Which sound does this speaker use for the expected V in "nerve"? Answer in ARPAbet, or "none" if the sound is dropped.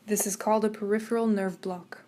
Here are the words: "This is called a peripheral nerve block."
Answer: V